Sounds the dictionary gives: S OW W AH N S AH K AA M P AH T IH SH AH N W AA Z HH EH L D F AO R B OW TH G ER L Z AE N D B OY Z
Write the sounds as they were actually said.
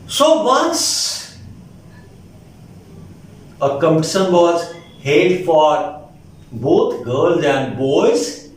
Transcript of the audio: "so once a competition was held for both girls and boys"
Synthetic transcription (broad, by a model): S OW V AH N S AH K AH M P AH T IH S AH N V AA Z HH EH D F AO R B OW T G ER L Z AE N D B OY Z